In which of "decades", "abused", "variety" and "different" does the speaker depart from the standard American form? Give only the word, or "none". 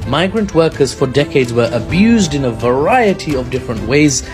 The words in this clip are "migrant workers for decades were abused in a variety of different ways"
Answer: none